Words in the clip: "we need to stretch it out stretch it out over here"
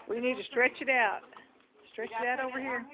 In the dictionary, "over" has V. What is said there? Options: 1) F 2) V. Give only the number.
2